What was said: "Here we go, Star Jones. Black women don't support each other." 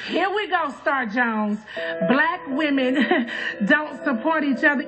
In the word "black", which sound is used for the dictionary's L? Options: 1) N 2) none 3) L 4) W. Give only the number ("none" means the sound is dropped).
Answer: 3